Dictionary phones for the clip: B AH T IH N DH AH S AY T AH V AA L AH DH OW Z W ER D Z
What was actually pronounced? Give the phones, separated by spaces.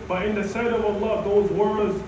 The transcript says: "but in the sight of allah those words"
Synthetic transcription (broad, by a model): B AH T IH N DH AH S AY T AH V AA L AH DH OW Z W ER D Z